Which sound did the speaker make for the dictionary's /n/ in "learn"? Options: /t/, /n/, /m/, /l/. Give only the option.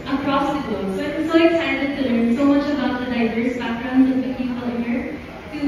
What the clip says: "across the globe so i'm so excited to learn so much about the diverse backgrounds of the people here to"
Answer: /n/